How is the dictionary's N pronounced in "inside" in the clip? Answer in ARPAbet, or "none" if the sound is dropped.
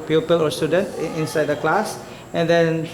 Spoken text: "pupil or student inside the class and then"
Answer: N